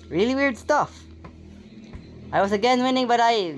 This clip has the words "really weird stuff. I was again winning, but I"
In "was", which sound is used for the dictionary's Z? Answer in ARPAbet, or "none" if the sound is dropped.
S